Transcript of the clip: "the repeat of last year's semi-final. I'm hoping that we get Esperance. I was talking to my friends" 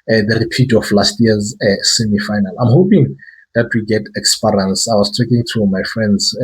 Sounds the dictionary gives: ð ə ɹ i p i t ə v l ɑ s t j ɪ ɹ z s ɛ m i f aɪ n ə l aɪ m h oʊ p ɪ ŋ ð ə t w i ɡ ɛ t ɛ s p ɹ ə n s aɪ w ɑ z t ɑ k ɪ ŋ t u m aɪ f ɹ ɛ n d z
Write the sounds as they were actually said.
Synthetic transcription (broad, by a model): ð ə ɹ i p i t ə f l ɑ s t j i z s ɛ m i f aɪ n ə l aɪ m h oʊ p ɪ ŋ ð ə t w i ɡ ɛ t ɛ s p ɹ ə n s aɪ w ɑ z t ɑ k ɪ ŋ t u m aɪ f ɹ ɛ n d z